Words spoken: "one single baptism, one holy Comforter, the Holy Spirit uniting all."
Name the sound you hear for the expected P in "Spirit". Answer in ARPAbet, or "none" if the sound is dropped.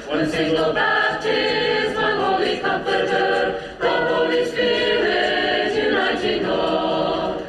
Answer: none